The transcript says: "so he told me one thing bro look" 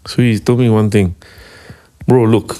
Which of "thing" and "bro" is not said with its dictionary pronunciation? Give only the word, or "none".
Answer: thing